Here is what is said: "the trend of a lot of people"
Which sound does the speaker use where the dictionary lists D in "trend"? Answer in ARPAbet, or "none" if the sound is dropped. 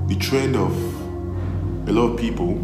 D